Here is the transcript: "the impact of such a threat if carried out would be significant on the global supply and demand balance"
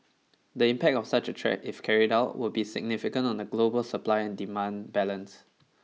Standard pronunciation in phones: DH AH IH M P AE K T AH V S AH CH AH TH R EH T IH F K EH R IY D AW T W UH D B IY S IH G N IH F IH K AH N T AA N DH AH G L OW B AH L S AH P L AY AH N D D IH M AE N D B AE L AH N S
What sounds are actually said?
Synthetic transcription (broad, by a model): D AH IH M P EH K T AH F S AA CH AH T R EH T IH F K EH R IY D AW T W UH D B IY S IH G N IH F IH K AH N T AA N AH G L OW B AH L S AH P L AY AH N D D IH M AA N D B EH L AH N S